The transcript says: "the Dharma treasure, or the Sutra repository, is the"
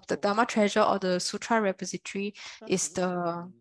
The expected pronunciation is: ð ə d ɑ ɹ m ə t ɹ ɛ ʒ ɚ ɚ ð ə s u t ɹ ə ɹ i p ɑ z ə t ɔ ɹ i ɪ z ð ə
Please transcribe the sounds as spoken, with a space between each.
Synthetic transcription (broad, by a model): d ə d ɑ m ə t ɹ ɛ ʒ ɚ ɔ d ə s u t ɹ ə ɹ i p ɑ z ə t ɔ ɹ i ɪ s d ə